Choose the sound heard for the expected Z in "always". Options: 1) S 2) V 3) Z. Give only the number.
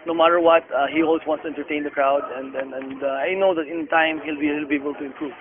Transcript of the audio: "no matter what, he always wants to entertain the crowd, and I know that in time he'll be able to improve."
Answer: 1